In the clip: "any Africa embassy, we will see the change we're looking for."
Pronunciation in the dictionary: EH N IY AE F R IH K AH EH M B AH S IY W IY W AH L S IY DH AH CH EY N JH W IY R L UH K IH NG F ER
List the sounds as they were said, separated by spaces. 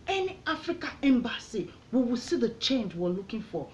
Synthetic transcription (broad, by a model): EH N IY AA F R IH K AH EH M B AH S IY W IY W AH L S IY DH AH CH EY N JH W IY W L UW K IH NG F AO